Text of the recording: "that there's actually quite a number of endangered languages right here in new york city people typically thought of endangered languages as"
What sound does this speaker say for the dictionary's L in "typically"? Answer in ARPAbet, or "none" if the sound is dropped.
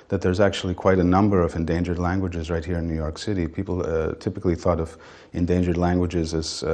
L